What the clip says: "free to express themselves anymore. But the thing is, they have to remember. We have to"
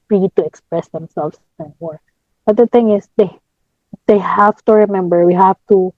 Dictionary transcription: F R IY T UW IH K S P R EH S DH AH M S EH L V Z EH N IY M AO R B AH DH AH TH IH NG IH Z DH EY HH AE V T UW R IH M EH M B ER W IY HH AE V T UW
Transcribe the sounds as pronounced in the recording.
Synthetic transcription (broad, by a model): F R IY T UW IH K S P R EH S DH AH M S EH L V S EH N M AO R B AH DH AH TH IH NG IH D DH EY HH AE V T UW R IH M EH M B ER W IY HH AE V T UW